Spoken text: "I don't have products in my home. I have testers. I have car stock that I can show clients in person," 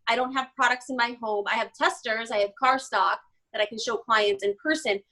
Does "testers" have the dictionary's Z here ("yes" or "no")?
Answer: yes